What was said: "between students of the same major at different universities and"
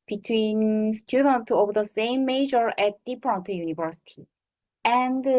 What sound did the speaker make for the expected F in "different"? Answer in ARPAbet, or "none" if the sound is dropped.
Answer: P